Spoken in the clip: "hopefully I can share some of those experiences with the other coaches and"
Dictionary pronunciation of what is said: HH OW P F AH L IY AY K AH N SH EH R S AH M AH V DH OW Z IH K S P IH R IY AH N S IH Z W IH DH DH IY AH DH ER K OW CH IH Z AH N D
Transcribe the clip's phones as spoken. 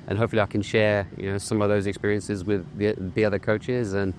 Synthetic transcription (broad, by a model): HH OW P F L IY AY K AH N SH EH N S AH M AH V DH OW Z IH K S P IH R IY AH N S IH Z W IH DH DH IY AH DH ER K OW CH IH Z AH N